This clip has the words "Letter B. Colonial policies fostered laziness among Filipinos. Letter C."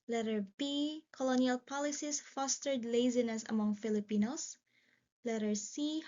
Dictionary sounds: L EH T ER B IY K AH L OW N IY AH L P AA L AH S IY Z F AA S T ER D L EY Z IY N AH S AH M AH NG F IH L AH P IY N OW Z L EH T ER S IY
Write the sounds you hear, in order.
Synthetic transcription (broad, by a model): L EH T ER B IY K AH L OW N IY AH L P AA L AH S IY S F AA S T ER D L EY Z IY N AH S AH M AH NG F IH L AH P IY N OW S L EH T ER S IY